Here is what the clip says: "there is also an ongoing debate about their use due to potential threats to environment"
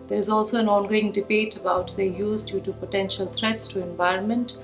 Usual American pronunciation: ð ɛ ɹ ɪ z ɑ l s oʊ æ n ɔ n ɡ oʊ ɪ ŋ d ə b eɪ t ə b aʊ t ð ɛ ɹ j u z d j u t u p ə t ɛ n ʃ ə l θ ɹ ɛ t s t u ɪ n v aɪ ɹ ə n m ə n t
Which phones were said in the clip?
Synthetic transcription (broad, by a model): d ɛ ɹ ɪ z ɑ l s oʊ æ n ɔ n ɡ oʊ ɪ ŋ d ə b eɪ t ə b aʊ t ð ɛ j u z d j u t u p ə t ɛ n ʃ ə l t ɹ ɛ t s t u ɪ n v aɪ ɹ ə n m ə n t